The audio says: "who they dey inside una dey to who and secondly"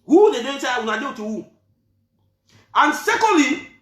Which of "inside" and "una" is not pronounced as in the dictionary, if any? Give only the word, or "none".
inside